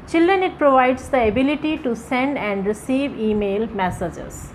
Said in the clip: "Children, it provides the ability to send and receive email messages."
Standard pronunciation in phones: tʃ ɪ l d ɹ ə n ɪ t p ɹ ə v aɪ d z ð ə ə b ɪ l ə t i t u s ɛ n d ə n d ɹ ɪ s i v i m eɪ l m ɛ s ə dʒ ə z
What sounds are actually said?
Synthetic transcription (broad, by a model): tʃ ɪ l d ɹ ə n ɪ t p ɹ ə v aɪ d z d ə ə b ɪ l ə t i t u s ɛ n d ə n d ɹ ɪ s i v i m eɪ l m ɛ s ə dʒ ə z